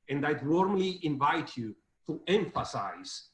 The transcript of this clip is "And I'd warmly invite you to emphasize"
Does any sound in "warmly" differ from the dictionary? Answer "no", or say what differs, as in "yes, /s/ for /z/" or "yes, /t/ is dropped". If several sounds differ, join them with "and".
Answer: no